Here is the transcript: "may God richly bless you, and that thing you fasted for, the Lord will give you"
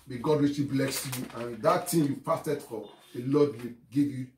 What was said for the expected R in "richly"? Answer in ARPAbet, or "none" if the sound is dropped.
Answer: W